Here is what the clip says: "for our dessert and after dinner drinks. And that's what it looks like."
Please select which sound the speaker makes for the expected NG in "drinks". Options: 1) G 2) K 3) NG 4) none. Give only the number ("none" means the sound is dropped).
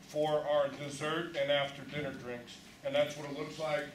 3